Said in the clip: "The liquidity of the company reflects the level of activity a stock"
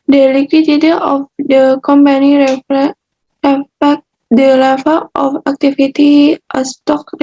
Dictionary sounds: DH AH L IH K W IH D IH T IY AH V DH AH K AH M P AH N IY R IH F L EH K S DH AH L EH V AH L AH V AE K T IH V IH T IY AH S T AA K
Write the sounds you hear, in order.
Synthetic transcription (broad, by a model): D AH L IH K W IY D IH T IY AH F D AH K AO M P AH N IY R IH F EH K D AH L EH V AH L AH F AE K T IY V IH T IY AH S T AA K